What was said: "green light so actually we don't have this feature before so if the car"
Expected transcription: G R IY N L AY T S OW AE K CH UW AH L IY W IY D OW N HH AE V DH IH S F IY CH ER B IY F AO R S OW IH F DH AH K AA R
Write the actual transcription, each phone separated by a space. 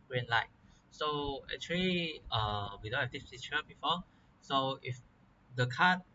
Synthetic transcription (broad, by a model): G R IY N L AY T S OW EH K CH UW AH L IY W IY D OW N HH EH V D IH S P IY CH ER B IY F AO S OW IH F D AH K AA